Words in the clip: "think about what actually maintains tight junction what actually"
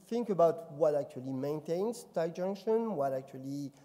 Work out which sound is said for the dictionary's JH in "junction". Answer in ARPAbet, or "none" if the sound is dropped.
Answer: JH